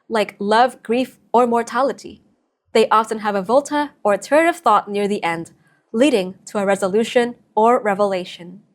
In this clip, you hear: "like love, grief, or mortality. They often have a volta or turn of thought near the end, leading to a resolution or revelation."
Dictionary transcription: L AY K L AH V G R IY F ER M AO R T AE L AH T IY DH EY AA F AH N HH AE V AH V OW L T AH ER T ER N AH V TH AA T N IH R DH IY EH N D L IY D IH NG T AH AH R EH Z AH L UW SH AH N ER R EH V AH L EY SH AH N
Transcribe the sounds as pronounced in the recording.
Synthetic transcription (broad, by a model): L AY K L AH V G R IY F ER M AO R T AE L AH T IY DH EY AA F AH N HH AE V AH V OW L T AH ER T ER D AH V TH AA T N IH R DH IY EH N D L IY D IH NG T AH AH R EH Z AH L UW SH AH N ER R EH V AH L EY SH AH N